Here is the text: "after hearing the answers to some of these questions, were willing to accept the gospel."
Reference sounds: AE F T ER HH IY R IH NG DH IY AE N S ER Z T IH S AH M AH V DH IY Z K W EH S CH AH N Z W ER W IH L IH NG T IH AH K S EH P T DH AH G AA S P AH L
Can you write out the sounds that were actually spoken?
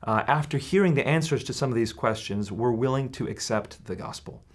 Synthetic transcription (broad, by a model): AE F T ER HH IY R IH NG DH IY AE N S ER Z T IH S AH M AH V DH IY Z K W EH S CH AH N Z W ER W IH L IH NG T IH AH K S EH P T DH AH G AA S P L